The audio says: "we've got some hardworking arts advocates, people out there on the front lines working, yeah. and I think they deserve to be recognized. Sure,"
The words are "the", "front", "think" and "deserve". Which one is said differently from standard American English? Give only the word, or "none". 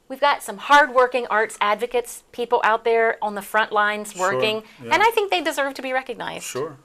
none